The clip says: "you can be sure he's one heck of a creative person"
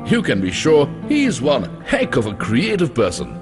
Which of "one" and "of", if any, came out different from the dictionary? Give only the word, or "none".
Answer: none